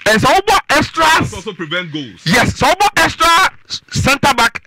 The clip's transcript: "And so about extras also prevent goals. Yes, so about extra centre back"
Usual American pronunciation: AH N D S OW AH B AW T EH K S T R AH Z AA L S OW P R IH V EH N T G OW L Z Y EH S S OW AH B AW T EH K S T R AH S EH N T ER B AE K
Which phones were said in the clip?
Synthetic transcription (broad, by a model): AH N S OW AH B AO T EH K S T R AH AA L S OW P R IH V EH N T G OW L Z Y EH S S OW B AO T EH K S T R AH S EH N T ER B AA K